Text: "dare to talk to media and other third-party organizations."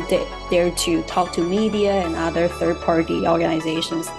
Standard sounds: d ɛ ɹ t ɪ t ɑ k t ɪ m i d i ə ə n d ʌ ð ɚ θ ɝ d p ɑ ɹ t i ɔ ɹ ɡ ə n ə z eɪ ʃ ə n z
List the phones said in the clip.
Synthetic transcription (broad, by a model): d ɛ ɹ t ɪ t ɑ k t ɪ m i d i ə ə n ʌ ð ɚ θ ɝ d p ɑ ɹ t i ɔ ɹ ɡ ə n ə z eɪ ʃ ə n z